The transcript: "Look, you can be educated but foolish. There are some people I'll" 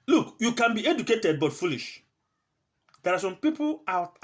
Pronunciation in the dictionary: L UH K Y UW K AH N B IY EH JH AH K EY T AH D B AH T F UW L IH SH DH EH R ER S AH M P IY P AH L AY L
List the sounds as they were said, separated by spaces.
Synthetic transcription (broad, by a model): L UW K Y UW K AH N B IY EH JH AH K EY T AH D B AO T F UW L IH SH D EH R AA S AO M P IY P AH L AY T